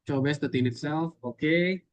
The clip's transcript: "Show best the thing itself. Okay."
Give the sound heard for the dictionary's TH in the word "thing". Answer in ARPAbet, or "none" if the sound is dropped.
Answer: T